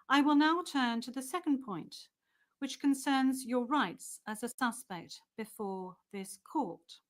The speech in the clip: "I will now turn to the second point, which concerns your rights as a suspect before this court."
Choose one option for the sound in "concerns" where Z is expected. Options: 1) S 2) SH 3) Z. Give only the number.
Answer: 3